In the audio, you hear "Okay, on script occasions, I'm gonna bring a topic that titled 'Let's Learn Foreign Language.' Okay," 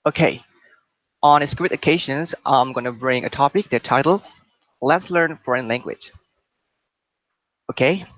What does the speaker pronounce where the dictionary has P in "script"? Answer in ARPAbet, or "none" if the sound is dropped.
none